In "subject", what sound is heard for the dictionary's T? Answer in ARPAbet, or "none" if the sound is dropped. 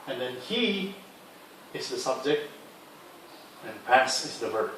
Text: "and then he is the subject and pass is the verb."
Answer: T